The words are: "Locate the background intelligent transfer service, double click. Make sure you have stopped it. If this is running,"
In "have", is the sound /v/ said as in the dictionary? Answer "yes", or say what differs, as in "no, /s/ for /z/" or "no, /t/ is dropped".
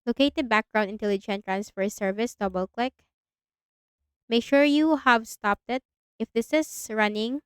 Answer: yes